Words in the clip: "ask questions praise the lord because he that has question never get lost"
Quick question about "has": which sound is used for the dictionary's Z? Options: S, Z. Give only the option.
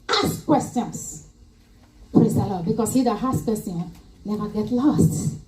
S